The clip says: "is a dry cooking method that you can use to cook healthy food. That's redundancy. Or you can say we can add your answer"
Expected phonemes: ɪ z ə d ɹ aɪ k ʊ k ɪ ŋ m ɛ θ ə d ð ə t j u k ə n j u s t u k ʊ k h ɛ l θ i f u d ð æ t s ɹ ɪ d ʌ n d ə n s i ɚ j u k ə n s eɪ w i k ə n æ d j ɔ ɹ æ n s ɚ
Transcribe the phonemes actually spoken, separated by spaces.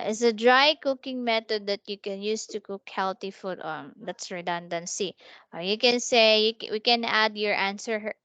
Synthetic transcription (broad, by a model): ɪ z ə d ɹ aɪ k ʊ k ɪ ŋ m ɛ t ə d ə t j u k ə n j u s t u k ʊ k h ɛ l t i f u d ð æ t s ɹ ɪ d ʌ n d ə n s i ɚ j u k ə n s eɪ w i k ə n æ d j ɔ ɹ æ n s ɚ